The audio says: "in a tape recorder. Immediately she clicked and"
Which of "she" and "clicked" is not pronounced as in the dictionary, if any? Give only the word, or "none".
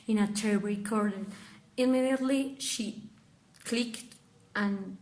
none